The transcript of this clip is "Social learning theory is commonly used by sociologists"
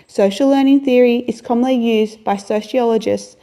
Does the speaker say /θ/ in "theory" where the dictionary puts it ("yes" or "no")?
yes